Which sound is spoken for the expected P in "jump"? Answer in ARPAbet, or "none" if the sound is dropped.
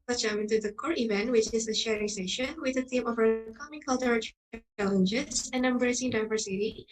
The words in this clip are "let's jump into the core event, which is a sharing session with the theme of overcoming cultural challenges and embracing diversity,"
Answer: none